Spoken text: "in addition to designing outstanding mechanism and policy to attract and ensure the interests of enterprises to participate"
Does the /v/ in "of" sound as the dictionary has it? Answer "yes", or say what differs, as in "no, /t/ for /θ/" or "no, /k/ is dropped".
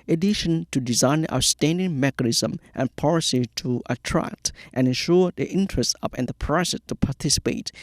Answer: no, /p/ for /v/